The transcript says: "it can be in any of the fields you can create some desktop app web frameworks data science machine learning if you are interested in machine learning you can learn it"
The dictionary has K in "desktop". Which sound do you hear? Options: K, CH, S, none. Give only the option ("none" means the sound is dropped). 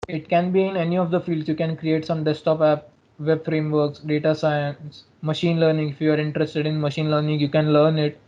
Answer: none